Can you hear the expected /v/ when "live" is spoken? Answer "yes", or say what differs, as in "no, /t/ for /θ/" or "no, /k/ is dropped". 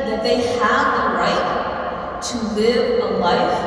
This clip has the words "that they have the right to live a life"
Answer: yes